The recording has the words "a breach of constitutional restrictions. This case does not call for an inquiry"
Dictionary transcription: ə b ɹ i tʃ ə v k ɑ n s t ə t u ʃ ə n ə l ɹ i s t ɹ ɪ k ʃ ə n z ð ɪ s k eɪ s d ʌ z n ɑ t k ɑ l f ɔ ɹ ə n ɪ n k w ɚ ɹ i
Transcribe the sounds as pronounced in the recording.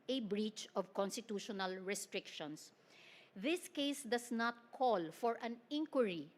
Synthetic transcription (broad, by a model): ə b ɹ i tʃ ə v k ɑ n s t ə t u ʃ ə n ə l ɹ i s t ɹ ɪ k ʃ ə n s ð ɪ s k eɪ s d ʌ s n ɑ t k ɑ l f ɔ ɹ ə n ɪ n k w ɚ ɹ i